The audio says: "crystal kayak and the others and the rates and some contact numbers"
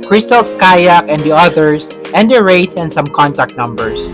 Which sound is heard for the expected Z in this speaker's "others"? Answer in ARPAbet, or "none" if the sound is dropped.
S